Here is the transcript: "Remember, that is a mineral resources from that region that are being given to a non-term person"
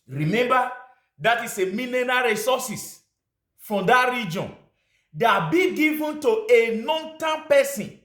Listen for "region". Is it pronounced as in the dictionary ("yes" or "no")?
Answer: yes